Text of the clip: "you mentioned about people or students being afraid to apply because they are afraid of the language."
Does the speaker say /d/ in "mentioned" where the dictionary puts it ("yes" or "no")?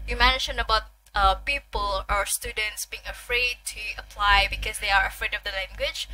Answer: no